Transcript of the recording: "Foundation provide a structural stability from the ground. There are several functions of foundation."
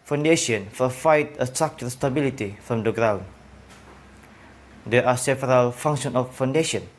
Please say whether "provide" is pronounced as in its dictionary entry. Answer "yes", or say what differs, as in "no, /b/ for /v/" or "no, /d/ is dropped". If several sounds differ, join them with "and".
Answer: no, /f/ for /v/